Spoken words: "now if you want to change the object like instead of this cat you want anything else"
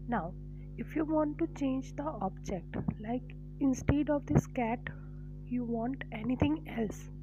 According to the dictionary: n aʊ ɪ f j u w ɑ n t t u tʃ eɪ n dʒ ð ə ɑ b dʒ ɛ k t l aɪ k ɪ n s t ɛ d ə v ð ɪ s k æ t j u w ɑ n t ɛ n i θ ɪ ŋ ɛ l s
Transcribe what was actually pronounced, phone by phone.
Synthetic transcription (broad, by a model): n aʊ ɪ f j u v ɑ n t t u tʃ eɪ n dʒ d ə ɑ b dʒ ɛ k t l aɪ k ɪ n s t ɛ d ə v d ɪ s k æ t j u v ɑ n t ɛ n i t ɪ ŋ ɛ l s